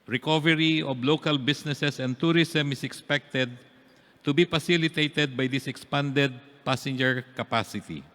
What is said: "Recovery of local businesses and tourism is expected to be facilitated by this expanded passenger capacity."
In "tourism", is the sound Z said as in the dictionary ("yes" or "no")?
no